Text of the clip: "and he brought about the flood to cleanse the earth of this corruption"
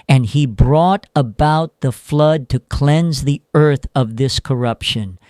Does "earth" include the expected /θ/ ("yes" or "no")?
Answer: yes